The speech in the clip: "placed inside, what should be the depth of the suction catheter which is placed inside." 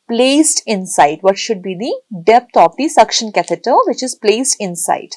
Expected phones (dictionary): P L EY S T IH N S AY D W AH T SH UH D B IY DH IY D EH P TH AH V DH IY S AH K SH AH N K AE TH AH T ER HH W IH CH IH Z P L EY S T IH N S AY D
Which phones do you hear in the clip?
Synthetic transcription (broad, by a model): P L EY S T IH N S AY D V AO T SH UH D B IY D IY D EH P T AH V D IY S AH K SH AH N K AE T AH T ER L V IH CH IH Z P L EY S T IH N S AY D